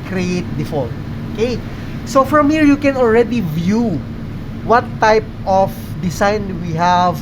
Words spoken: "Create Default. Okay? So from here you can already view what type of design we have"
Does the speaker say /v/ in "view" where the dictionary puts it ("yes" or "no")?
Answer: yes